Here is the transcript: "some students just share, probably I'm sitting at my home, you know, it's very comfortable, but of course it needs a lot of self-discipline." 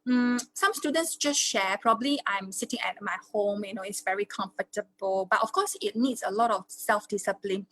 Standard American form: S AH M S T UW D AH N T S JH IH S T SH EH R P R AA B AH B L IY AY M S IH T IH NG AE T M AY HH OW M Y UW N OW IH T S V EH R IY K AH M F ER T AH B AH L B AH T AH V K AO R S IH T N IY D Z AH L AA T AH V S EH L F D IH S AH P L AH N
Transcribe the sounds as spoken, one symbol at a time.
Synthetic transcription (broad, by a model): S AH M S T UW D AH N T S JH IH S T SH EH P R AA B AH B L IY AY M S IH T IH NG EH T M AY HH OW M Y UW N OW IH T S V EH R IY K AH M F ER T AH B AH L B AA T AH F K AO S IH T N IY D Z AH L AA T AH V S EH L F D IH S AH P L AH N